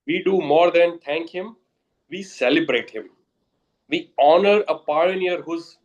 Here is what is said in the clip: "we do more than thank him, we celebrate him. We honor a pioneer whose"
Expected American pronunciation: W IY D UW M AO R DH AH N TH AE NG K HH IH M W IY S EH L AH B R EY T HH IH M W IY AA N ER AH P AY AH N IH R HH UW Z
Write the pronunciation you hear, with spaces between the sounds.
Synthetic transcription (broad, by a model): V IY D UW M AO R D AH N T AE NG K HH IH M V IY S EH L AH B R EY T HH IH M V IY AA N ER AH P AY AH N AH R HH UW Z